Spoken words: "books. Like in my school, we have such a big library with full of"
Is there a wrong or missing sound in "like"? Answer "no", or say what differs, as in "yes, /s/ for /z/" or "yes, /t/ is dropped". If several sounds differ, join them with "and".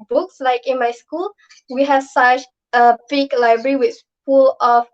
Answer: no